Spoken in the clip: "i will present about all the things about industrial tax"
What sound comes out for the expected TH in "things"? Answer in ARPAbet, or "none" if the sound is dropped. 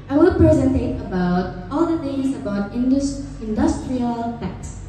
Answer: T